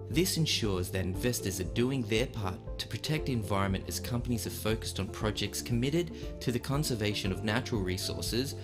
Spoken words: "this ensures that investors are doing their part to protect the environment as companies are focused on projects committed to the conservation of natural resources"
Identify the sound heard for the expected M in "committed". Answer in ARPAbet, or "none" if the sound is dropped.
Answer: M